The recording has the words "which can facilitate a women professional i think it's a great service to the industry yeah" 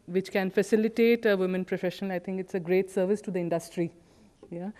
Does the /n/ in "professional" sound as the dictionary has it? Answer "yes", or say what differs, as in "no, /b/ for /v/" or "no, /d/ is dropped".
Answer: no, /n/ is dropped